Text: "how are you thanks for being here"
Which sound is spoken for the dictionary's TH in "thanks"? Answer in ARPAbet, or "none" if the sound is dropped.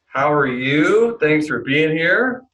TH